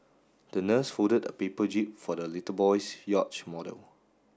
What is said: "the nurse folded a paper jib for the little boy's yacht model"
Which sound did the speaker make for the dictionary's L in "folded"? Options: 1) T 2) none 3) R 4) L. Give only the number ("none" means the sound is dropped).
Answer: 2